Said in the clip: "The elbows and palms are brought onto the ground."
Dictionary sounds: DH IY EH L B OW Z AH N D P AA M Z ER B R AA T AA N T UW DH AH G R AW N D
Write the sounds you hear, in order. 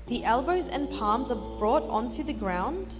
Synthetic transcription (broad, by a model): DH IY EH L B OW Z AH N P AA M Z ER B R AA T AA N T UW DH AH G R AW N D